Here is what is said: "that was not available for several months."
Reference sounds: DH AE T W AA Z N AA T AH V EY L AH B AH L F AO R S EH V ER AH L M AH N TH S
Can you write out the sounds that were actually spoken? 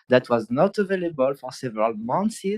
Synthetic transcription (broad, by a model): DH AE T W AA Z N AA T AH V EY L AH B AH L F AO R S EH V ER AH L M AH N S